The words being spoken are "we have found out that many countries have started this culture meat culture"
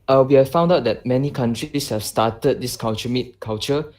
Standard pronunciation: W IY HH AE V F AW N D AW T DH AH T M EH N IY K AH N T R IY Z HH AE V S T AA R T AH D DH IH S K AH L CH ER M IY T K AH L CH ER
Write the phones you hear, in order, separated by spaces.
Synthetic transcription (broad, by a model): W IY HH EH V F AW N D AW T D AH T M EH N IY K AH N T R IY S HH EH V S T AA T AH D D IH S K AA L CH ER M IY T K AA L CH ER